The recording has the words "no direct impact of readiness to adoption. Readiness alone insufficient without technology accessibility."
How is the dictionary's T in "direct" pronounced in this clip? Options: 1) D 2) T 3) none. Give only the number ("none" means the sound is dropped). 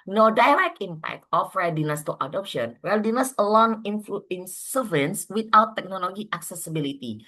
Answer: 3